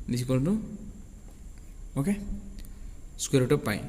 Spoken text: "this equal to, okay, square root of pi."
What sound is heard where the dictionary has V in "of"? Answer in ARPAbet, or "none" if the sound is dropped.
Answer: P